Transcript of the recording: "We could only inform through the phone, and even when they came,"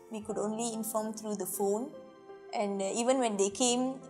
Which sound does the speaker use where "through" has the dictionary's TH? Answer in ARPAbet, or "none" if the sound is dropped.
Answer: T